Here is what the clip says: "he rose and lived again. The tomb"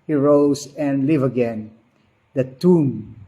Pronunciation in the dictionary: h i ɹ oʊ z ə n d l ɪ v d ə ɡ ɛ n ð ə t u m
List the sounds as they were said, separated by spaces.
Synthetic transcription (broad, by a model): h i ɹ oʊ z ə n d l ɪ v ə ɡ ɛ n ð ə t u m